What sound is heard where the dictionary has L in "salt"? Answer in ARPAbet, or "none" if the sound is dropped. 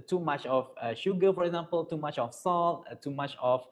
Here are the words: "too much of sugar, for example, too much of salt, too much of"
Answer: L